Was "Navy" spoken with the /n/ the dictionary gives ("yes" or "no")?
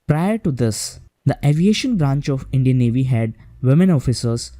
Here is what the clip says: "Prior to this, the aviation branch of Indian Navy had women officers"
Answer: yes